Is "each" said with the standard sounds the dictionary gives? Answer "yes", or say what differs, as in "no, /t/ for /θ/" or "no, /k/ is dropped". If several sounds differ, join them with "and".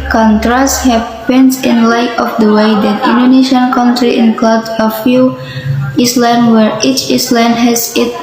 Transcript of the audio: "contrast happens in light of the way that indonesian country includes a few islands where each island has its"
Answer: yes